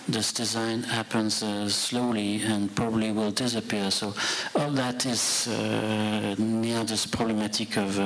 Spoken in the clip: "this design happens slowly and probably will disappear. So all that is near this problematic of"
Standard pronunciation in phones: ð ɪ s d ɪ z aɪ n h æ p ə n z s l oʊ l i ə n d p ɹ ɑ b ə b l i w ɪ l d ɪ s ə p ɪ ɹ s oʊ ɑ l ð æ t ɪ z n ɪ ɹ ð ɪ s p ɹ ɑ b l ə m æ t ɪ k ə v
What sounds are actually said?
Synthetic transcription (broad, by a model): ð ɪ s d ɪ z aɪ n h æ p ə n z s l oʊ l i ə n p ɹ ɑ b ə b l i w ɪ l d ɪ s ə p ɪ ɹ s oʊ ɑ l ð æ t ɪ z n ɪ ɹ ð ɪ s p ɹ ɑ b l ə m æ t ɪ k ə v